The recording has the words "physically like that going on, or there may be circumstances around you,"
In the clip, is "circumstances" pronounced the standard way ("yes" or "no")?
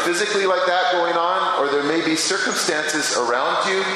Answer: yes